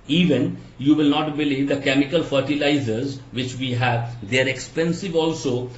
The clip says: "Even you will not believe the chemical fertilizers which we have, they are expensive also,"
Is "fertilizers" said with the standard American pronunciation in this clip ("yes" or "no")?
yes